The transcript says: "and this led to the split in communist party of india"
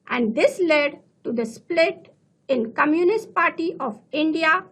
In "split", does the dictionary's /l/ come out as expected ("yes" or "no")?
yes